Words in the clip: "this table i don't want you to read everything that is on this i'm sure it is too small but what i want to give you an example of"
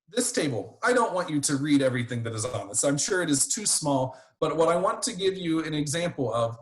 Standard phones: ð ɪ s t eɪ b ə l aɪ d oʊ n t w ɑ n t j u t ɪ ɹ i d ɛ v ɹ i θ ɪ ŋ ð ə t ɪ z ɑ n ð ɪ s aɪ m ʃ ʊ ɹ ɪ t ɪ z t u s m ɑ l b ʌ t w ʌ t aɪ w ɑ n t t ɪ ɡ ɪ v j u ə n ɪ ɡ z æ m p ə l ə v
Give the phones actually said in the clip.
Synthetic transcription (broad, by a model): ð ɪ s t eɪ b l aɪ d oʊ n t w ɑ n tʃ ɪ t ɪ ɹ i d ɛ v ɹ i θ ɪ ŋ ð ə t ɪ z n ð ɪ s aɪ m ʃ ʊ ɹ ɪ t ɪ z t u s m ɑ l b ʌ t w ʌ t aɪ w ɑ n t t ɪ ɡ ɪ v j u ə n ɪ ɡ z æ m p l ə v